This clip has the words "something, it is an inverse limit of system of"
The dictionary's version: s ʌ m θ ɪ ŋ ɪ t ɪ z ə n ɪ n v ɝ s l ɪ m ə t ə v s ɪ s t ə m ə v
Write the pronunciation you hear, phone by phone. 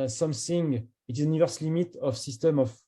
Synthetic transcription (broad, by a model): s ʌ m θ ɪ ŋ ɪ t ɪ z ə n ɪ v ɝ s l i m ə t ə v s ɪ s t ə m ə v